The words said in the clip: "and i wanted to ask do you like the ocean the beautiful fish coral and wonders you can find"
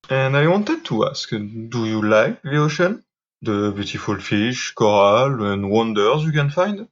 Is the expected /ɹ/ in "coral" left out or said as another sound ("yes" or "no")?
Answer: no